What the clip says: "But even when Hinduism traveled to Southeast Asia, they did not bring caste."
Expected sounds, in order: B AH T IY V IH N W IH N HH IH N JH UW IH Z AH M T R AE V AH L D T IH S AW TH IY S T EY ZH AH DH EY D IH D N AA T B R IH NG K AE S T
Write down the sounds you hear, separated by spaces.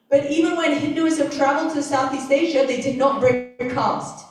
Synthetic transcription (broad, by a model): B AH T IY V IH N W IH N HH IH N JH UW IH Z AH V T R AE V AH L D T IH S AW TH IY S T EY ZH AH DH EY D IH D N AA T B R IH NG K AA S T